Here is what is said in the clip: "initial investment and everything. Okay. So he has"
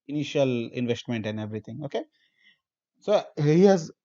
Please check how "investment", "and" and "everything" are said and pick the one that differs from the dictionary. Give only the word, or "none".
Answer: everything